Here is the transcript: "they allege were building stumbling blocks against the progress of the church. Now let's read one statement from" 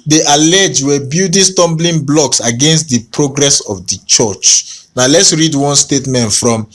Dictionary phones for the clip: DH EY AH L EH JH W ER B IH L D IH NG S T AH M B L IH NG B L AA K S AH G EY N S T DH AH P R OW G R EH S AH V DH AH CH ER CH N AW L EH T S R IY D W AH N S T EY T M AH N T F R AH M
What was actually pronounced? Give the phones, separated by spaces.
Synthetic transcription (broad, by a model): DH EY AH L EH JH W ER B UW D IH S T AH M B L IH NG B L AA K S AH G EY N S T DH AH P R OW G R EH S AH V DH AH CH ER CH N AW L EH T S R IY D W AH N S T EY T M AH N T F R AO M